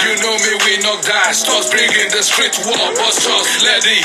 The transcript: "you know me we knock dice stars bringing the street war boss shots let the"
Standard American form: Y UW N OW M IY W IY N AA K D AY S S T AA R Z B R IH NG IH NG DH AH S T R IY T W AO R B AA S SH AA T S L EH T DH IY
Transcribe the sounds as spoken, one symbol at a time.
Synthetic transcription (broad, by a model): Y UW N OW M IY W IY N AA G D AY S S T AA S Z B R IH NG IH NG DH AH S T R IY T W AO L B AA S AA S L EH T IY